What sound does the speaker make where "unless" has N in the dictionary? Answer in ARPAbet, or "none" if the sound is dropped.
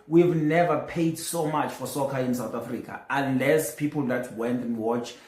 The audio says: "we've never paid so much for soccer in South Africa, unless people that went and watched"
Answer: N